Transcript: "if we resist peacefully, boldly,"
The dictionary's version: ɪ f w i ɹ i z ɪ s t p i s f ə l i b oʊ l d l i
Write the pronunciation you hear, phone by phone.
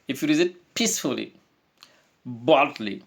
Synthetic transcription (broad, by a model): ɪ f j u ɹ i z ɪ t p i s f ə l i b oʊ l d l i